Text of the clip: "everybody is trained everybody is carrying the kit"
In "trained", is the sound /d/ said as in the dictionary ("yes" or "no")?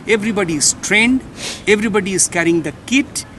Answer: yes